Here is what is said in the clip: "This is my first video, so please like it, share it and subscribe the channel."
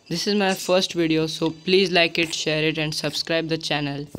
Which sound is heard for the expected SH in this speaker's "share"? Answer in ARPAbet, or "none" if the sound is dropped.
SH